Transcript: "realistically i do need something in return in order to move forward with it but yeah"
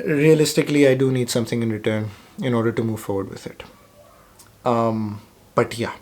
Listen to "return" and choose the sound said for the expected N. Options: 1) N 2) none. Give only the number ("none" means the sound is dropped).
1